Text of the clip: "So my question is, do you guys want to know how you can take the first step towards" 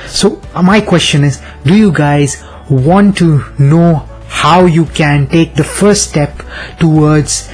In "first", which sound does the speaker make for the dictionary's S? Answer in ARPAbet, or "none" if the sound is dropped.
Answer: none